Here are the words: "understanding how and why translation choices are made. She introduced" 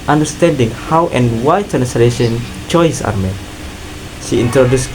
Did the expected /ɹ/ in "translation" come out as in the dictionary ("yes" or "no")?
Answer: no